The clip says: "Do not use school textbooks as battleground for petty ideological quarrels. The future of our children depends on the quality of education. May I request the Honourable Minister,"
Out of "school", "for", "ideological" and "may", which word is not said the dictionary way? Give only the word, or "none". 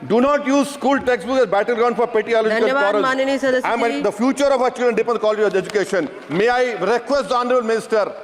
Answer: ideological